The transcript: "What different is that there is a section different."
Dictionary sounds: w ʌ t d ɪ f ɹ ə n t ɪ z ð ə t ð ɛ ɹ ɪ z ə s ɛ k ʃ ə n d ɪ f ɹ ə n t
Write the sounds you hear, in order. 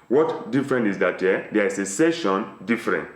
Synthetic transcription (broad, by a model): w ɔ t d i f ɹ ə n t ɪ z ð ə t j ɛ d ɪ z ə s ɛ ʃ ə n d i f ɹ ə n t